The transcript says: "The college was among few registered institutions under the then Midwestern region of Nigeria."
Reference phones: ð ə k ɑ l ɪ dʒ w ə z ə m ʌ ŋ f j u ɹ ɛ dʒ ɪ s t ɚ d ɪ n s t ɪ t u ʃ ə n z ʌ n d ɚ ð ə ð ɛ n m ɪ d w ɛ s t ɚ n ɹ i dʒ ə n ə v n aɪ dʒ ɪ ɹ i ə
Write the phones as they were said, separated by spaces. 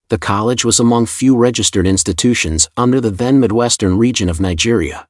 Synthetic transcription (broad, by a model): ð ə k ɑ l ɪ dʒ w ə z ə m ʌ ŋ f j u ɹ ɛ dʒ ɪ s t ɚ d ɪ n s t ɪ t u ʃ ə n z ʌ n d ɚ ð ə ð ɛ n m ɪ d w ɛ s t ɚ n ɹ i dʒ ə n ə v n aɪ dʒ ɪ ɹ i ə